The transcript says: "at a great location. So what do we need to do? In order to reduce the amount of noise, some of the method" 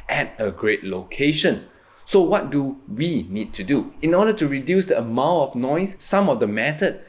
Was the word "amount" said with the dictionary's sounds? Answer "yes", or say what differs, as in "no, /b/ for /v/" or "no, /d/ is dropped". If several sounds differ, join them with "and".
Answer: no, /n/ is dropped